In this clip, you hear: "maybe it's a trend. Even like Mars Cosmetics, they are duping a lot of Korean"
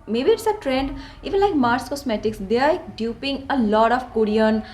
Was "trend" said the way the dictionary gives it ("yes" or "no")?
yes